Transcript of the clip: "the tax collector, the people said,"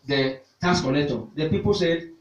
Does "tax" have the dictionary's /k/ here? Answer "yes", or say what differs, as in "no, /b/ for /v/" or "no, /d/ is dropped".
no, /k/ is dropped